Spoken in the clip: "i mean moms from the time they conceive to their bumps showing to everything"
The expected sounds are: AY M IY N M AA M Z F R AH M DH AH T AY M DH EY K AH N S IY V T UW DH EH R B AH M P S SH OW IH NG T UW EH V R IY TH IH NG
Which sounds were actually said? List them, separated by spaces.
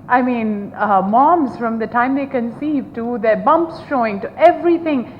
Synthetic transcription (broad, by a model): AY M IY N M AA M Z F R AH M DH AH T AY M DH EY K AH N S IY V T UW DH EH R B AH M P S SH OW IH NG T UW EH V R IY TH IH NG